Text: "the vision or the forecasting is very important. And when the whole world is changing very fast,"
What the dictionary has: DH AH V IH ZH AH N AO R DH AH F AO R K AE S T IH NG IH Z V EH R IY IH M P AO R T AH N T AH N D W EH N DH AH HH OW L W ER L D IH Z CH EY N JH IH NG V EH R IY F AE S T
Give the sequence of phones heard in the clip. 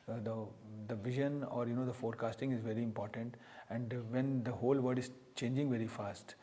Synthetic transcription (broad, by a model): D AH V IH ZH AH N AO R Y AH F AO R K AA S T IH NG IH Z V EH R IY IH M P AO R T AH N T AH N D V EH N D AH HH OW L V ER D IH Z CH EY N JH IH NG V EH R IY F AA S T